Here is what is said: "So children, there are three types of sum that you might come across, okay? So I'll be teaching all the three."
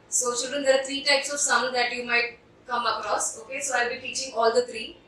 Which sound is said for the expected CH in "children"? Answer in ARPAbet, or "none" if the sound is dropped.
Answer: SH